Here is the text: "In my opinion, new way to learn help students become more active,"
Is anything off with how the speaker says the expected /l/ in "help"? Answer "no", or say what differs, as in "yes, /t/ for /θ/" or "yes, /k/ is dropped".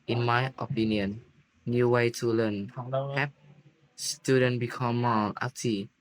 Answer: yes, /l/ is dropped